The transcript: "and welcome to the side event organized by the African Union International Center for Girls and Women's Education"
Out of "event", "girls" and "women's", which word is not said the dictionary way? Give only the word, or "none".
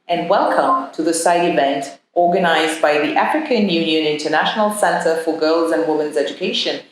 none